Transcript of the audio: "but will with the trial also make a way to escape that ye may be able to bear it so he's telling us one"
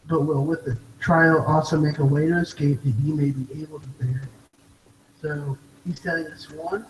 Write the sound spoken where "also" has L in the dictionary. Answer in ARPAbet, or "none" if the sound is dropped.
L